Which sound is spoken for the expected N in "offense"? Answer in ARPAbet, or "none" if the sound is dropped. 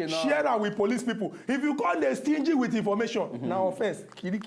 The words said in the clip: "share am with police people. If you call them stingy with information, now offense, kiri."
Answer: none